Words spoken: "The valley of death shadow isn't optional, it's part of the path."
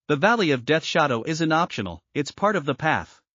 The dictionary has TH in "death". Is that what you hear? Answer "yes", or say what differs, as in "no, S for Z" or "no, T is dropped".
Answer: yes